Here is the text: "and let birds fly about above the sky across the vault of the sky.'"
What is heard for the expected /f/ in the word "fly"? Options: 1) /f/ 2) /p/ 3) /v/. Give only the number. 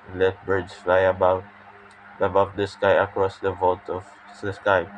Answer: 1